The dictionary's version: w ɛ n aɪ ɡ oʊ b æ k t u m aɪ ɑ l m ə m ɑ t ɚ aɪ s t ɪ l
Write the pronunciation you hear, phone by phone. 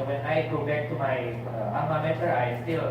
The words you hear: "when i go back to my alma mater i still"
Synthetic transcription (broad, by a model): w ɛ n aɪ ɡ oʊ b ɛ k t u m aɪ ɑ m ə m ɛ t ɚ aɪ s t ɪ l